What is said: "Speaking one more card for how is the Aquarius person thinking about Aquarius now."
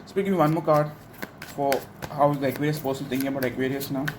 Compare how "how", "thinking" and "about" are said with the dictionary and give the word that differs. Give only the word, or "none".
thinking